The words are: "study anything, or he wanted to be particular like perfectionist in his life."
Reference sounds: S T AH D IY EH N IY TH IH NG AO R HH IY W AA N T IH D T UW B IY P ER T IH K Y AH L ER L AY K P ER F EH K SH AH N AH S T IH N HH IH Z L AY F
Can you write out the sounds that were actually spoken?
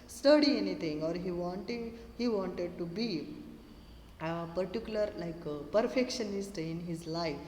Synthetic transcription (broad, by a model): S T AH D IY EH N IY T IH NG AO R HH IY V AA N T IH D T UW B IY P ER T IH K Y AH L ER L AY K P ER F EH K SH AH N AH S T IH N HH IH Z L AY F